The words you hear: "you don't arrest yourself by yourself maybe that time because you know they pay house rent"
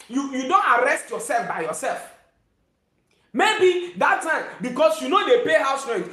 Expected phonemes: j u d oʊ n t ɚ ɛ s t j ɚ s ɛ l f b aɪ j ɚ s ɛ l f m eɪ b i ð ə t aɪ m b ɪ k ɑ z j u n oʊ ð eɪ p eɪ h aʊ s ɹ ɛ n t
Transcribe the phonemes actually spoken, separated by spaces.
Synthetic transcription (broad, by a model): j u d oʊ n t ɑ ɛ s t j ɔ s ɛ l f b aɪ j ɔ s ɛ l f m eɪ b i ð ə t aɪ m b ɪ k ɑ s j u n oʊ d eɪ p eɪ h aʊ s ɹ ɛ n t